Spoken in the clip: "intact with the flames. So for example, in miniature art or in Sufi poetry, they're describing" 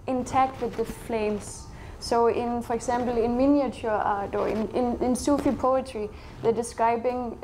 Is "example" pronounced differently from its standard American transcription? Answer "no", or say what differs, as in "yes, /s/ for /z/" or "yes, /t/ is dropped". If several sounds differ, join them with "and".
yes, /s/ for /z/